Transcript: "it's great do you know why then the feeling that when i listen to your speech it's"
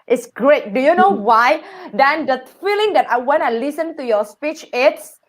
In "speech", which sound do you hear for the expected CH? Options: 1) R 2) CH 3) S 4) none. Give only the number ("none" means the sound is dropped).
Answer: 2